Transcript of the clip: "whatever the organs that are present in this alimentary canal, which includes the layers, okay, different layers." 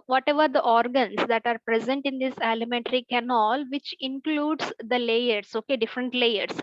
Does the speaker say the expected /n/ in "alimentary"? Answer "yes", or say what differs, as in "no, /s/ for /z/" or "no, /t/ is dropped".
yes